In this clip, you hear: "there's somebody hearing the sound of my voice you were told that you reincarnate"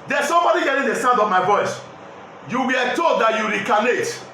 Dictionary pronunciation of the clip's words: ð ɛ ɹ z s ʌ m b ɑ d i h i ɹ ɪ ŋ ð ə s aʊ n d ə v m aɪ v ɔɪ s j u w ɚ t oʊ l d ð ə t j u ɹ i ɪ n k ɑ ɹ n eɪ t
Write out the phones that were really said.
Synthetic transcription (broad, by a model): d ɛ s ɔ m b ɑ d i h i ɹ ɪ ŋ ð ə s aʊ n d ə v m aɪ v ɔɪ s j u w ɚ t oʊ l d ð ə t j u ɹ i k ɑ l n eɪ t